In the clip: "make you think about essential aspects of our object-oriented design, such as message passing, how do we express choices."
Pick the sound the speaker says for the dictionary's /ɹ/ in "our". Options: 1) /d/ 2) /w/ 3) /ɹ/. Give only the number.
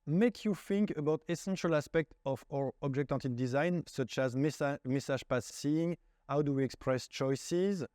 3